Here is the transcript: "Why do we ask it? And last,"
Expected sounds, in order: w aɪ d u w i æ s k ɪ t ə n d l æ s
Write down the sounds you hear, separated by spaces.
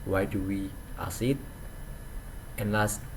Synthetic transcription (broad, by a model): w aɪ d u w i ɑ s ɪ t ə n l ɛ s